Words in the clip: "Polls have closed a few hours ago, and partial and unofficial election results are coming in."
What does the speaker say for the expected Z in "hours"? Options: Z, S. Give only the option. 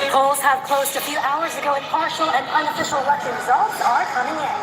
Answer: Z